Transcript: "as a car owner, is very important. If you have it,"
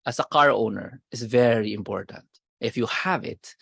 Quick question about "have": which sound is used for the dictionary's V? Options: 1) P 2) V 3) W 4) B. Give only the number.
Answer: 2